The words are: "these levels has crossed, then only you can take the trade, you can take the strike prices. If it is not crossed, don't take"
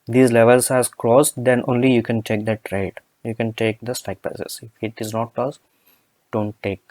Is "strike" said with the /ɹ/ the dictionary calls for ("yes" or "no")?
no